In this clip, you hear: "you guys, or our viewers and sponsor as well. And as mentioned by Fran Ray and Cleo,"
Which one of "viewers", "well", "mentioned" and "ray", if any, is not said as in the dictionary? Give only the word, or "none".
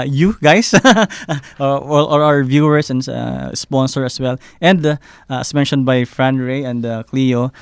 viewers